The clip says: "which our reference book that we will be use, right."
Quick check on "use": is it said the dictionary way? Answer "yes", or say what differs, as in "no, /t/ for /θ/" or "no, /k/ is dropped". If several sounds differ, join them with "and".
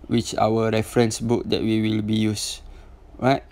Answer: yes